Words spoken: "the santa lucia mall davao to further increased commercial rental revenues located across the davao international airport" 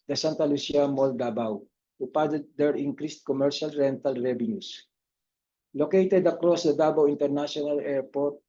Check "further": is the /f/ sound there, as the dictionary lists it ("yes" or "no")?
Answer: no